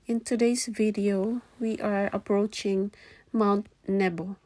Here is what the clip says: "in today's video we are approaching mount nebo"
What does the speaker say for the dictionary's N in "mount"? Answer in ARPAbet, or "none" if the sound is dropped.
N